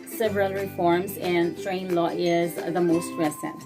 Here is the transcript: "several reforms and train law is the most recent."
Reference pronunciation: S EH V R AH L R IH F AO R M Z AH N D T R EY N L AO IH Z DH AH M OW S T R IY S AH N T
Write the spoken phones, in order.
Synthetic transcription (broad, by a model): S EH V R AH L R IH F AO R M Z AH N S T R EY N L AO IH Z DH AH M OW S T R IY S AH N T